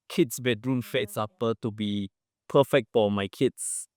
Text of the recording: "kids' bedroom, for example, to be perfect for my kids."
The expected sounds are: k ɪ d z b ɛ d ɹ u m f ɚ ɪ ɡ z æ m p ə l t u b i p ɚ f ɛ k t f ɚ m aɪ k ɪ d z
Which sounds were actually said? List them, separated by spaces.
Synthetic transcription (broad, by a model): k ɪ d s b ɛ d ɹ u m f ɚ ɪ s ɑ p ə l t u b i p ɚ f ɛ k t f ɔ m aɪ k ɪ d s